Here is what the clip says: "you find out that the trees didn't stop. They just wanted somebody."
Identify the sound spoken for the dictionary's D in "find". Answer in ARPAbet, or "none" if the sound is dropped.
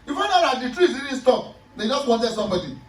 none